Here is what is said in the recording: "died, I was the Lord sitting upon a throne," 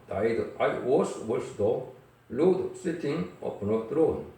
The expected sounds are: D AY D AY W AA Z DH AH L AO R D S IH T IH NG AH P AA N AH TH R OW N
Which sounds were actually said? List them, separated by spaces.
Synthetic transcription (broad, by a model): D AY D AY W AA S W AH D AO L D S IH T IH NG AH P AA N AH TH R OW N